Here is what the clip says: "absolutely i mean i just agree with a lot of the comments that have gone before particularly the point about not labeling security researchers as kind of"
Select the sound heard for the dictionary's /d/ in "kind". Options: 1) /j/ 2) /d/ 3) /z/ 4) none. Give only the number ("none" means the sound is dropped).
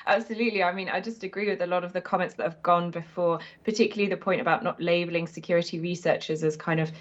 2